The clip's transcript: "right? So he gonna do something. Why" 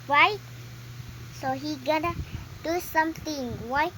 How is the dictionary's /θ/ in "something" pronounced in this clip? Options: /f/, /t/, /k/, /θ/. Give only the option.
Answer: /t/